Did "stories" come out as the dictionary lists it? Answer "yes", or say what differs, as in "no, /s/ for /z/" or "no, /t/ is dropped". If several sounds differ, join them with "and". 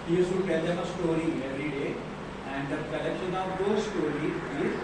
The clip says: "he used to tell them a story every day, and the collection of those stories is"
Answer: no, /z/ is dropped